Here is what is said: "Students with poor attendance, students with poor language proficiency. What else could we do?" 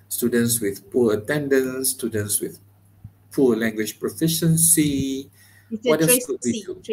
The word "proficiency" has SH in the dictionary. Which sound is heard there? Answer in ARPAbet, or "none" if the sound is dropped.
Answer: SH